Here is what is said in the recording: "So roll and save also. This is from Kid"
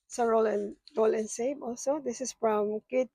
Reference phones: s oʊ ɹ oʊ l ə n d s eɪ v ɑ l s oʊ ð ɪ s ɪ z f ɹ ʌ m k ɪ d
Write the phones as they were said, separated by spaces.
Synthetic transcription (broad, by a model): s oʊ ɹ oʊ l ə n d s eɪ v ɑ l s oʊ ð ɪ s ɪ s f ɹ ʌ m k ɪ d